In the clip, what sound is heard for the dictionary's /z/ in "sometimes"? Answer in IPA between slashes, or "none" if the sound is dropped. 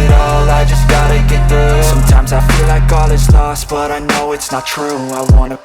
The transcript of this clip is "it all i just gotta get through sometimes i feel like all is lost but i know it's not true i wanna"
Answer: /z/